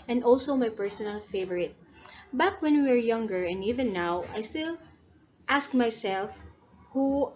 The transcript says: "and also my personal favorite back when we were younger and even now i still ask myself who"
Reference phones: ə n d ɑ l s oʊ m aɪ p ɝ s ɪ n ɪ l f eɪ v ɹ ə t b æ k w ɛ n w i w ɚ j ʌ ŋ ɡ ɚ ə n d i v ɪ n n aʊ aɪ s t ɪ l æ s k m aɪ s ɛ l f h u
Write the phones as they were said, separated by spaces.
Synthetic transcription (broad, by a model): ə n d ɑ l s oʊ m aɪ p ɝ s ɪ n ɪ l f eɪ v ɹ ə t b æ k w ɛ n w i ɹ j ʌ ŋ ɡ ɚ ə n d i v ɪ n n aʊ aɪ s t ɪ l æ s k m aɪ s ɛ l f h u